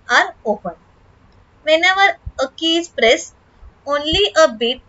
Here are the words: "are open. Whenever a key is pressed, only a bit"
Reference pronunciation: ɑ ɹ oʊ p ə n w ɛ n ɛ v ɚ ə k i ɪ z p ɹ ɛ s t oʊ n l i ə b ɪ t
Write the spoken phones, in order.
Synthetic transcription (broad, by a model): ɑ ɹ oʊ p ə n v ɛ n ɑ v ɚ ə k i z p ɹ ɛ s oʊ n l i ə b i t